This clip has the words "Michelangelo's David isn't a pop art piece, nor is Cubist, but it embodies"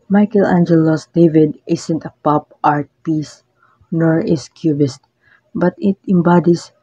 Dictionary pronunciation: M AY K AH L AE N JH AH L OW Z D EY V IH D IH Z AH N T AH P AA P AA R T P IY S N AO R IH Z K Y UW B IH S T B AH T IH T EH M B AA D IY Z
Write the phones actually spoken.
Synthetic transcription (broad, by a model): M AY K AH L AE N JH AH L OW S D EY V IH D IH S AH N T AH P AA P AA R T P IY S N AO R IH S K Y UW B IH S T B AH T IH T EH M B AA D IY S